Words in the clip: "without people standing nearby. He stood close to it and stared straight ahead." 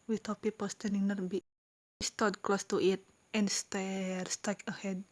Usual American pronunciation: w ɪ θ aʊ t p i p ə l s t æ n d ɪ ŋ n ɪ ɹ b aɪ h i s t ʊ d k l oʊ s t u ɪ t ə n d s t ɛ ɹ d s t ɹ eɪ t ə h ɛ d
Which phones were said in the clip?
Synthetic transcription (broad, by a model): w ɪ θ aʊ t p i p ə l s t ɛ n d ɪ ŋ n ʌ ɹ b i s t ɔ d k l oʊ s t u ɪ t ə n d s t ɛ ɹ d s t eɪ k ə h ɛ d